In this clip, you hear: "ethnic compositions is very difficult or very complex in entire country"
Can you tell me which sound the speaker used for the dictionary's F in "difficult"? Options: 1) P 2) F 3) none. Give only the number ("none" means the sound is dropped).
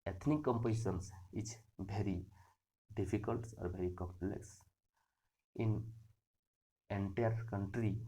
1